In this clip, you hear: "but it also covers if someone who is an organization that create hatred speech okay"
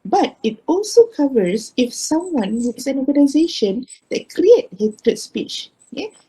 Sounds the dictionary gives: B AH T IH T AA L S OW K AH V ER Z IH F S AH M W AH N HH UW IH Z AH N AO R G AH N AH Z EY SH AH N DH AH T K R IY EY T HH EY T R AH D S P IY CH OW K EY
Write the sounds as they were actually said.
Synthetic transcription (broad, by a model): B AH T IH T AA L S OW K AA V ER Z IH F S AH M W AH N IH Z AH N AO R G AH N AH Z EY SH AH N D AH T K R IY EY T HH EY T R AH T S P IY CH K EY